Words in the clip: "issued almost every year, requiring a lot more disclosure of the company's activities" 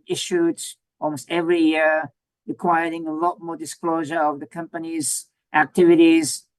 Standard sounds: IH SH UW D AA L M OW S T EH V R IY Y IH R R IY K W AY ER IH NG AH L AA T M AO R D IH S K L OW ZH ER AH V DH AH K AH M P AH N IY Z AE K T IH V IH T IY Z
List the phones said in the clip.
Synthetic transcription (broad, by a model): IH SH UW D AA L M OW S T EH V R IY Y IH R R IY K W AY ER IH NG AH L AA T M AO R D IH S K L OW ZH ER AH V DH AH K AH M P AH N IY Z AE K T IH V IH T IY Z